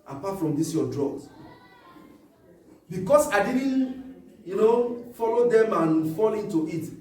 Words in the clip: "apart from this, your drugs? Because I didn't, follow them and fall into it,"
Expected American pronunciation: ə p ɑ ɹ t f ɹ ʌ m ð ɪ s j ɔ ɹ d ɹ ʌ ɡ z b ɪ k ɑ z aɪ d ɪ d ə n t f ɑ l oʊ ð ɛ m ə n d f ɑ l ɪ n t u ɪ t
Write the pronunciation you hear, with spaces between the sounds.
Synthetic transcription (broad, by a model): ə p ɑ t f ɹ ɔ m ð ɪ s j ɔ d ɹ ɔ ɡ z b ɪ k ɑ s aɪ d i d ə n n f ɑ l oʊ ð ɛ m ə n f ɑ l ɪ n t u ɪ t